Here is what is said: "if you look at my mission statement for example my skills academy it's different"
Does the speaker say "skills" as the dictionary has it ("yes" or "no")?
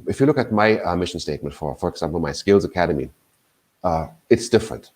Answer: yes